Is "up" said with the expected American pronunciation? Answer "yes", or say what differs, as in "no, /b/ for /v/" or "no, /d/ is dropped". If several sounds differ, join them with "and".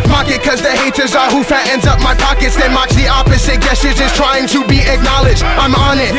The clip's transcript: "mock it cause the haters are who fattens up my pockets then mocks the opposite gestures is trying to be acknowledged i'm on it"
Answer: yes